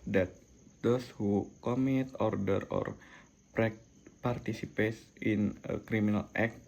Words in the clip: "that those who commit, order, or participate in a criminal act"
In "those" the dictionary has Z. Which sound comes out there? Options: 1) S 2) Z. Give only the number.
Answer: 1